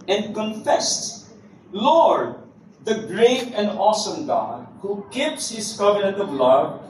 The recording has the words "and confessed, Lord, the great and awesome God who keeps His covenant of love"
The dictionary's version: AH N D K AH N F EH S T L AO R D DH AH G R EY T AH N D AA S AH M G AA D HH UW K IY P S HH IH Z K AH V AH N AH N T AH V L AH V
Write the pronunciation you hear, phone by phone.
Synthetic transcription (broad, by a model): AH N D K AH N F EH S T L AO R D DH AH G R EY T AH N D AA S AH M G AA D HH UW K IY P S HH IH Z K AH V AH N AH N T AH V L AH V